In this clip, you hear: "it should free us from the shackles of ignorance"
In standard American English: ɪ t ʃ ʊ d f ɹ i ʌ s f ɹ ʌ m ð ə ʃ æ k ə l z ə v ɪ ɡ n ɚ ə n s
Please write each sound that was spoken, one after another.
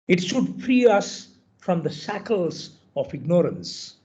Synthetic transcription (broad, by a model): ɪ t ʃ ʊ d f ɹ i ʌ s f ɹ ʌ m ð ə s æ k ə l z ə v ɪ ɡ n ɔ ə n s